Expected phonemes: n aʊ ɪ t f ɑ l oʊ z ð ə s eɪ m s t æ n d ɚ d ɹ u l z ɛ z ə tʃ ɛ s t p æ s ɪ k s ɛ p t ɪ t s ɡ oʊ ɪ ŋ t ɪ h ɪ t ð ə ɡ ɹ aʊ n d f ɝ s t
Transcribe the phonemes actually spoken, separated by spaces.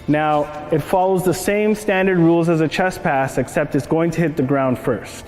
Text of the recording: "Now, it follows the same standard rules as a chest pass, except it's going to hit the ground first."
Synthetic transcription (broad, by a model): n aʊ ɪ t f ɑ l oʊ z ð ə s eɪ m s t æ n d ɚ d ɹ u l z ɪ z ə tʃ ɛ s p æ s ɪ k s ɛ p t ɪ t s ɡ oʊ ɪ ŋ t ɪ h ɪ t ð ə ɡ ɹ aʊ n d f ɝ s t